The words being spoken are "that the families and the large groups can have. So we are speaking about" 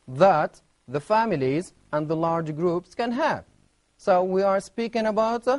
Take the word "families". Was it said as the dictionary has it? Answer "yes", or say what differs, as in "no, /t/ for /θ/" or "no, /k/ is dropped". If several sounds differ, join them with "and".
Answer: yes